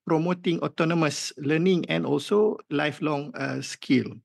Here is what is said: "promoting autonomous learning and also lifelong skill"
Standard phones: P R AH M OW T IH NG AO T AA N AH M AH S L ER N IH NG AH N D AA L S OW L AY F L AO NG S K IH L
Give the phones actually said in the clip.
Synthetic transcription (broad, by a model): P R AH M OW T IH NG AO T AA N AH M AH S L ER N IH NG AH N D AA L S OW L AY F L AO NG S K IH L